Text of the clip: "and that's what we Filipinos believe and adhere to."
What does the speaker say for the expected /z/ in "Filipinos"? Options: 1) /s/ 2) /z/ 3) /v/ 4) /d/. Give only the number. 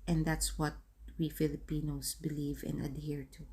1